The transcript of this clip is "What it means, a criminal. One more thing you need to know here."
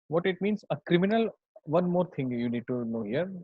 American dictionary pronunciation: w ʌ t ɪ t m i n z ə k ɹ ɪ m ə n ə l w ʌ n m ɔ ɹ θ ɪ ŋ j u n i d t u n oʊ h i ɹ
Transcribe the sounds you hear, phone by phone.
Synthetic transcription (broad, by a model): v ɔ t ɪ t m i n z ə k ɹ ɪ m ə n ə l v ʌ n m ɔ ɹ t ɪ ŋ j u n i d t u n oʊ h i ɹ